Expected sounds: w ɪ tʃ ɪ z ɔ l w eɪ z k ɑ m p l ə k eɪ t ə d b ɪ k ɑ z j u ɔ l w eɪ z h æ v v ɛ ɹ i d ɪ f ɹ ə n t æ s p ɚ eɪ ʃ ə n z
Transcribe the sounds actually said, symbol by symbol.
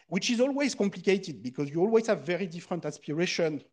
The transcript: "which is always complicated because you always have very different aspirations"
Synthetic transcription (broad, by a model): w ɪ tʃ ɪ z ɔ l w eɪ z k ɑ m p l ə k eɪ t ə d b ɪ k ɑ z j u ɔ l w eɪ z h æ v v ɛ ɹ i d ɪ f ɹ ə n t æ s p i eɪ ʃ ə n